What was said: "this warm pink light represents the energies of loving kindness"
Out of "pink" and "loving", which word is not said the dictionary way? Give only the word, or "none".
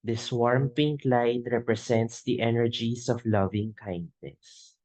none